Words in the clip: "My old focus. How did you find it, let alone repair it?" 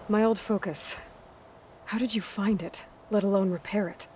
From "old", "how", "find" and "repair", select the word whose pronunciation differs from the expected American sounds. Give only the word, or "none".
none